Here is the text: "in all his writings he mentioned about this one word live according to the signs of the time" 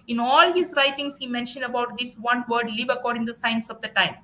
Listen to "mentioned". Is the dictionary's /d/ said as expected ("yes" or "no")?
yes